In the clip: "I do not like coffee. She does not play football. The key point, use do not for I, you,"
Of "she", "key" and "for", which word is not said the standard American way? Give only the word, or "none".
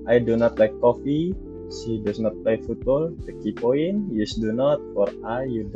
she